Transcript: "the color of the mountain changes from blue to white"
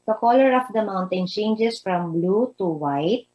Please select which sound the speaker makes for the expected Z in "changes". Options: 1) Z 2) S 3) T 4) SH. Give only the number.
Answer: 2